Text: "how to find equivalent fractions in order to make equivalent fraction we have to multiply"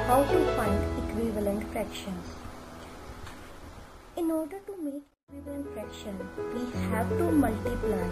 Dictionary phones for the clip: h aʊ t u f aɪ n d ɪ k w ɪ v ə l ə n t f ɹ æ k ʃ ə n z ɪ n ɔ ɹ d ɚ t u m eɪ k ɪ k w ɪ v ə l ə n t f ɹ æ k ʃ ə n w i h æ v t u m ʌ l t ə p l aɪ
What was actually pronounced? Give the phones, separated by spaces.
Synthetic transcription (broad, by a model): h aʊ t u f aɪ n d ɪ k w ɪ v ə l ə n t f ɹ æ k ʃ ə n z ɪ n ɔ ɹ d ɚ t u m eɪ k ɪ k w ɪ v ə l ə n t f ɹ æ k ʃ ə n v i h æ v t u m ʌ l t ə p l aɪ